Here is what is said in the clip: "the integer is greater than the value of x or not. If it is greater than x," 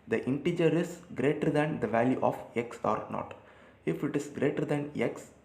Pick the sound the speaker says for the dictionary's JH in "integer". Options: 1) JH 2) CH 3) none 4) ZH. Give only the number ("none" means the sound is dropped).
1